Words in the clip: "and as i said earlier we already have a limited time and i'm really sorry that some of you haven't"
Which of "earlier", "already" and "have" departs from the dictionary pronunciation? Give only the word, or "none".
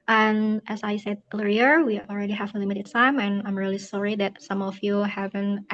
earlier